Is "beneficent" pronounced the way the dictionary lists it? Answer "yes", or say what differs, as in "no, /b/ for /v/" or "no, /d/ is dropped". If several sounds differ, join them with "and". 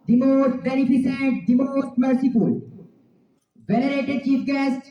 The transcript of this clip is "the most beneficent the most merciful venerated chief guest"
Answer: no, /s/ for /ʃ/